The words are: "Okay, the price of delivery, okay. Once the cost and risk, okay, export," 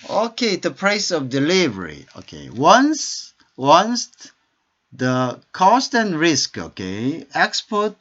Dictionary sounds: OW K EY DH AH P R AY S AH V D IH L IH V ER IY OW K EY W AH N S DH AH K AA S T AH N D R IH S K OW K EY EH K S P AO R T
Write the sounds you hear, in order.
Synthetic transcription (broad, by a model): OW K EY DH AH P R AY S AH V D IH L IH V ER IY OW K EY W AH N S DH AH K AA S T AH N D R IH S K OW K EY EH K S P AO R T